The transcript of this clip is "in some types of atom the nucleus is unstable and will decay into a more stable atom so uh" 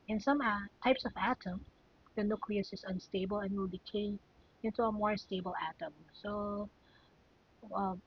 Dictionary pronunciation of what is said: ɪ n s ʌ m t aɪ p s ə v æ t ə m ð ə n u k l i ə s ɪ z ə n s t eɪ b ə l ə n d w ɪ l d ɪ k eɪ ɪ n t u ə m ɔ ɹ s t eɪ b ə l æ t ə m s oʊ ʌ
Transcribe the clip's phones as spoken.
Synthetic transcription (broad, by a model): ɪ n s ʌ m t aɪ p s ə v æ t ə m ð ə n u k l i ə s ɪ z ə n s t eɪ b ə l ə n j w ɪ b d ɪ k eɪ ɪ n t u ə m ɔ ɹ s t eɪ b ə l æ t ə m s oʊ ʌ